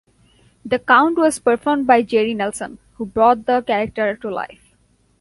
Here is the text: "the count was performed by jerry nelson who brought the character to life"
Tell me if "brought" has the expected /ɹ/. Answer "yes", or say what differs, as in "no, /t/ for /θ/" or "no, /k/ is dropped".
yes